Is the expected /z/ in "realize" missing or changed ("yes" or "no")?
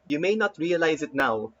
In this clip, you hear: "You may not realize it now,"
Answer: no